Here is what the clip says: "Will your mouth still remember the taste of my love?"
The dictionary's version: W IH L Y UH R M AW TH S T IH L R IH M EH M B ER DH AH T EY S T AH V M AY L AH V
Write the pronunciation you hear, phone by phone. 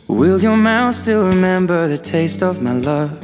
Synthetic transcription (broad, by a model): W IH L Y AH R M AW TH S T IH L R IH M EH M B ER DH AH T EY S T AH V M AY L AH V